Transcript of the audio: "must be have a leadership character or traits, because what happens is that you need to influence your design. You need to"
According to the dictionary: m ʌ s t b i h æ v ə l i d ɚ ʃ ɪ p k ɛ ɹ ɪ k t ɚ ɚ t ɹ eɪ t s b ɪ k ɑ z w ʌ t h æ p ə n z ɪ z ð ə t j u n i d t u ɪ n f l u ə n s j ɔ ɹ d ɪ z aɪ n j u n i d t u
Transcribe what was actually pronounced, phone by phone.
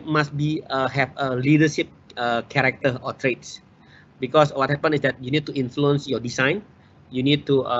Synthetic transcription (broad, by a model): m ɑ s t b i h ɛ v ə l i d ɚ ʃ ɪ p k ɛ ɹ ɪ k t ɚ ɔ t ɹ eɪ t s b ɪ k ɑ s w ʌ t h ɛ p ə n ɪ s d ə t j u n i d t u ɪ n f l u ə n s j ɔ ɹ d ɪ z aɪ n j u n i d t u